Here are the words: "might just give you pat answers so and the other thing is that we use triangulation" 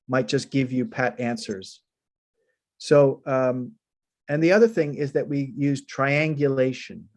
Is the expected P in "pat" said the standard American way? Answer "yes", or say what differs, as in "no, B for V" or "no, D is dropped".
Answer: yes